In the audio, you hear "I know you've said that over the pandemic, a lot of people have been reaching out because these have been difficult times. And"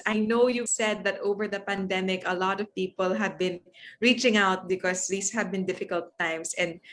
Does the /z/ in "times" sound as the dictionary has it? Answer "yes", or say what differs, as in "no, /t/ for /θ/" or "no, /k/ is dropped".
no, /s/ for /z/